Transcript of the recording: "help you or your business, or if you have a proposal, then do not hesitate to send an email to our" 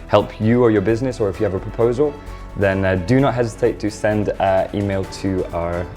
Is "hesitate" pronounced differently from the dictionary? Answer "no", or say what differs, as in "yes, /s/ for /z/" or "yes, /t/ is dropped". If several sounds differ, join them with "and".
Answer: no